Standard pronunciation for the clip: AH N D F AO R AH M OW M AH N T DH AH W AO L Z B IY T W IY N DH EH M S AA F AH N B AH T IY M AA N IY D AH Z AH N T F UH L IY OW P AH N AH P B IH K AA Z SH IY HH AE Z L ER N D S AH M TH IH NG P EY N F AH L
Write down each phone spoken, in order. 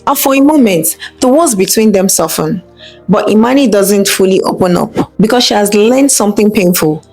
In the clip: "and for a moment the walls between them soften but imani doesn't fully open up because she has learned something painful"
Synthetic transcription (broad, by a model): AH F AO R AH M OW M AH N T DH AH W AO Z B IY T W IY N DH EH M S AA F AH N B AH T IY M AA N IY D AH Z AH N T F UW L IY OW P AH N AH P B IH K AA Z SH IY HH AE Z L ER N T S AH M TH IH NG P EY N F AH L